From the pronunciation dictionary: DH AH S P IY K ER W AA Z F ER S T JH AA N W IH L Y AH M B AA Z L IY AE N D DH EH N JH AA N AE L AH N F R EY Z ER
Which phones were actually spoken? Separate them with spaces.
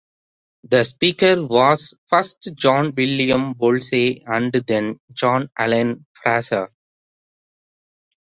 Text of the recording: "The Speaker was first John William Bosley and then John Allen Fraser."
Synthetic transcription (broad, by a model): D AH S P IY K ER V AA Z F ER S T JH AA N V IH L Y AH M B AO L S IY AE N D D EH N JH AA N AE L AH N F R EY S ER